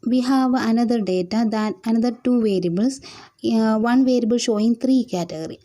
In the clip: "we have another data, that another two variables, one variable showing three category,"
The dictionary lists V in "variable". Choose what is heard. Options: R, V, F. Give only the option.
V